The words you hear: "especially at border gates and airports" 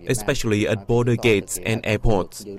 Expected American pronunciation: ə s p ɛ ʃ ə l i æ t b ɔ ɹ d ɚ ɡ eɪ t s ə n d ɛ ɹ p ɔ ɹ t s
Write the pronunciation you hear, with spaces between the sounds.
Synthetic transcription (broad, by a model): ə s p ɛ ʃ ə l i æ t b ɔ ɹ d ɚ ɡ eɪ t s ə n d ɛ p ɔ t s